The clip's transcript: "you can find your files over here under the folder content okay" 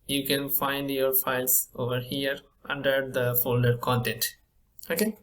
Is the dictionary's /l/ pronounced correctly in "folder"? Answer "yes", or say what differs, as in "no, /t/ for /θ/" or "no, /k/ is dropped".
yes